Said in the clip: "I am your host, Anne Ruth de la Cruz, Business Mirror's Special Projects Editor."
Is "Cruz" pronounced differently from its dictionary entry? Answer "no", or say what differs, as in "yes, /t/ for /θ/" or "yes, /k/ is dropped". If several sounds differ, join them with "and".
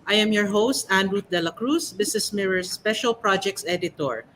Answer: yes, /s/ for /z/